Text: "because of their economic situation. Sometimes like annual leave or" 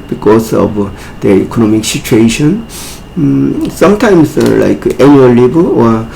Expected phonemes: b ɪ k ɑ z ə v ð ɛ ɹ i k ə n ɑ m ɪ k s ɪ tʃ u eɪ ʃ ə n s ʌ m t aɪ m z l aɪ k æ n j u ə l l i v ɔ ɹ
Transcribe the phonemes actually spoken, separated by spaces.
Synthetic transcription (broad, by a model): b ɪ k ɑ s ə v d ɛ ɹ i k ə n ɑ m ɪ k s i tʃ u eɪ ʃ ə n s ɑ m t aɪ m s l aɪ k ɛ n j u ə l l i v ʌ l